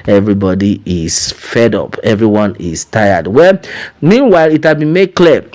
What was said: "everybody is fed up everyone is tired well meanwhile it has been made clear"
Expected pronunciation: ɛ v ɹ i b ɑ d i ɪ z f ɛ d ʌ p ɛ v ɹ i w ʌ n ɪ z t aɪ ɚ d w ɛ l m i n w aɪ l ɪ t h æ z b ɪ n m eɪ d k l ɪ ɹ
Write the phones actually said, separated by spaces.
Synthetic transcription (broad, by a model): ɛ v ɹ i b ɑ d i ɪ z f ɛ d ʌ p ɛ v ɹ i w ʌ n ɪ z t aɪ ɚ d w ɛ l m i n w aɪ l ɪ t h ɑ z b ɪ n m eɪ d k l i